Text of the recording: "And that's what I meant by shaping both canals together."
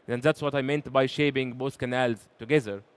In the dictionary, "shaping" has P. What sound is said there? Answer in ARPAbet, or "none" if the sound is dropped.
B